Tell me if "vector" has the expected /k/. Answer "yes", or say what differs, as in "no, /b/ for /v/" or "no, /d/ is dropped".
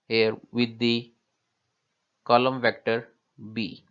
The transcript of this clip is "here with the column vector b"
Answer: yes